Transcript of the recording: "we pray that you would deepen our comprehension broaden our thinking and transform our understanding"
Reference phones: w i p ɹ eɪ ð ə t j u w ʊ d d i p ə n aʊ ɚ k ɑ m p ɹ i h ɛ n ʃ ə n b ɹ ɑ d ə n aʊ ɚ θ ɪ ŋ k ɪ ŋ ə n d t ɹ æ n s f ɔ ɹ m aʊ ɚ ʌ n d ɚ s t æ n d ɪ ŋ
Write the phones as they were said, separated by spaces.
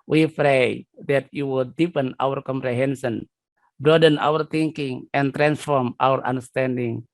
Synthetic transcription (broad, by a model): w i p ɹ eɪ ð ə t j u w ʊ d d i p ə n aʊ ɚ k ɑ m p ɹ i h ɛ n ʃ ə n b ɹ ɑ d ə n aʊ ɚ t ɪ ŋ k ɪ ŋ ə n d t ɹ æ n s f ɔ ɹ m aʊ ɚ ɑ n d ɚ s t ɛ n d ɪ ŋ